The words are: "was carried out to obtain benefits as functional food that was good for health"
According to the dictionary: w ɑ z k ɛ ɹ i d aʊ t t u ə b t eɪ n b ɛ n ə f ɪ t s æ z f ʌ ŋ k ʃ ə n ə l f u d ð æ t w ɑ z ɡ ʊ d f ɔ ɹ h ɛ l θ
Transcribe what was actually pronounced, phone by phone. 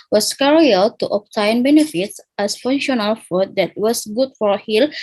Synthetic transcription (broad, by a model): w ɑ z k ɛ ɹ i aʊ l t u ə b t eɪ n b ɛ n ə f ɪ t s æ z f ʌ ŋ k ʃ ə n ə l f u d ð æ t w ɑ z ɡ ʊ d f ɔ ɹ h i l